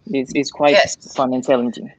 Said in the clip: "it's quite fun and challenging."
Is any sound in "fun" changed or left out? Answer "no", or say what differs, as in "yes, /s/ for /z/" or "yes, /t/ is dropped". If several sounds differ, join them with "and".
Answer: no